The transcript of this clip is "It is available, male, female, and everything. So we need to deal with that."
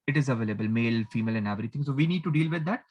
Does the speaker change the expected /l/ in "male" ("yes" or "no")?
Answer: no